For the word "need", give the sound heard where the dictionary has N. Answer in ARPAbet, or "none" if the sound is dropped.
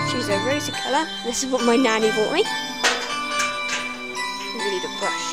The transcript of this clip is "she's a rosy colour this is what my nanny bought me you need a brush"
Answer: L